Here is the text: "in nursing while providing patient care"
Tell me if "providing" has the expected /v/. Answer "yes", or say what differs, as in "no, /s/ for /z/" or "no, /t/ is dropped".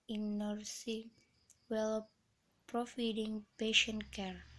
no, /f/ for /v/